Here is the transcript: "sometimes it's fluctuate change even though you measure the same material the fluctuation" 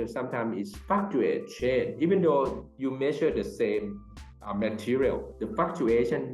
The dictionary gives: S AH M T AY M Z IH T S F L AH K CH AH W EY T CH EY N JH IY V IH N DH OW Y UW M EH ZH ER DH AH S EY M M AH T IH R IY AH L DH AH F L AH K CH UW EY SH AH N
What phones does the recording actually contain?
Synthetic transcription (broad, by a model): S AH M T AY M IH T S F AA K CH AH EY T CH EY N IY V IH N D OW Y UW M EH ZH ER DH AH S EY M M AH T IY R IY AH L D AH F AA K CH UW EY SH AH N